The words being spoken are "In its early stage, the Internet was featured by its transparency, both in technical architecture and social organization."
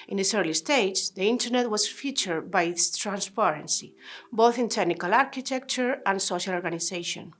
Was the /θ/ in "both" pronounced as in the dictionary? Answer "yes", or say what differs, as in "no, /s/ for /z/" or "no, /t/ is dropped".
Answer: yes